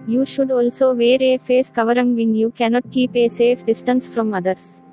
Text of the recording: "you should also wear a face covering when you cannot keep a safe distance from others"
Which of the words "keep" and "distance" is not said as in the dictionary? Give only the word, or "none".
none